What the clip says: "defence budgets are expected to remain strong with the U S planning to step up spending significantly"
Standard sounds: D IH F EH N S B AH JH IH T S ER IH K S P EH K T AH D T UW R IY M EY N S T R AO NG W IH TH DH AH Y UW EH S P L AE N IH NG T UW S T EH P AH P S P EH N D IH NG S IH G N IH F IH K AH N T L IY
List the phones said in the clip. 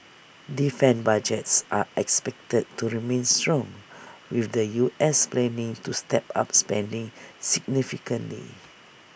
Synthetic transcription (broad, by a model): D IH F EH N B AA JH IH T S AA IH K S P EH K T AH D T UW R IY M EY N S T R AO NG W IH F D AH Y UW EH S P L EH N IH NG T UW S T EH P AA P S P EH N D IH NG S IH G N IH F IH K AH N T L IY